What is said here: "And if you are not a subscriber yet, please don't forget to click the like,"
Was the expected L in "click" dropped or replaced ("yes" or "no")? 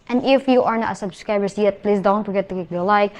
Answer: yes